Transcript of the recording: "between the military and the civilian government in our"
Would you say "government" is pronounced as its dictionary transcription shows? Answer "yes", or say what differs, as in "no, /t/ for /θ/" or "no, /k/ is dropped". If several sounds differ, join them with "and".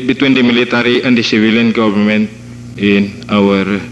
no, /p/ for /v/